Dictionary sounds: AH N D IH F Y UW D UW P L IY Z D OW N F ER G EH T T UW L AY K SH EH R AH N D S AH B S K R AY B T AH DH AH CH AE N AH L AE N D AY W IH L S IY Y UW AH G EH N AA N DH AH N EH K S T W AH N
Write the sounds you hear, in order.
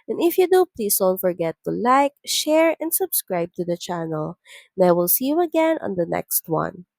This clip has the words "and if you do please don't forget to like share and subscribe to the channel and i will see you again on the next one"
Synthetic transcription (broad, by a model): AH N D IH F Y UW D UW P L IY S D OW N F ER G EH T T UW L AY K SH EH R AH N D S AH B S K R AY B T AH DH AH CH AE N AH L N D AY W IH L S IY Y UW AH G EH N AA N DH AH N EH K S T W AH N